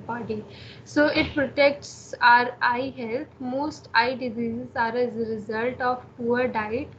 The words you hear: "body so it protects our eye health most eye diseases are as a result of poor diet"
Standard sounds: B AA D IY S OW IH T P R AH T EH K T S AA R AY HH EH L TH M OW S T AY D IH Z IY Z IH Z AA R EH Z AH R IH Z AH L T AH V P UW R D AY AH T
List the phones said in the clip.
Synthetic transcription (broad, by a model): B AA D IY S OW IH T P R AH T EH K T S AA R AY HH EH L T M OW S T AY D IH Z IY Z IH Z AA R EH Z AH R IH Z AH L T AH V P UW R D AY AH T